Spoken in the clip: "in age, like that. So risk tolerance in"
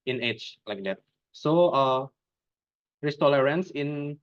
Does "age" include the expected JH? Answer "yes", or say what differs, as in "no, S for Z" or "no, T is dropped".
no, CH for JH